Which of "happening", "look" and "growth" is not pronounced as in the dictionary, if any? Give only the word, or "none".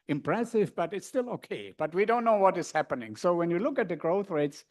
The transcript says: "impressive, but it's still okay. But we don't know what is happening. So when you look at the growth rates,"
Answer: none